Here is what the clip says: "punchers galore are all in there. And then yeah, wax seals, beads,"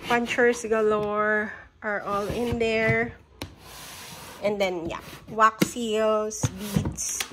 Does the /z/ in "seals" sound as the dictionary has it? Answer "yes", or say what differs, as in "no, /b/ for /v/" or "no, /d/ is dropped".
no, /s/ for /z/